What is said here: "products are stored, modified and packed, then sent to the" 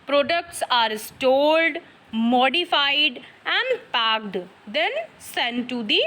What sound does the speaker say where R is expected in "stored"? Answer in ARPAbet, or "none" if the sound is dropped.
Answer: L